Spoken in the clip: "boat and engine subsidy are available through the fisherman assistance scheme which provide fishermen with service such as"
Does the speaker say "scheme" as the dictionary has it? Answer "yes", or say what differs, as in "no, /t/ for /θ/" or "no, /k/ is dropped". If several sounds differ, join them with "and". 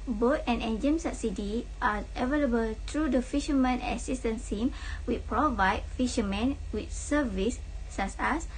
no, /k/ is dropped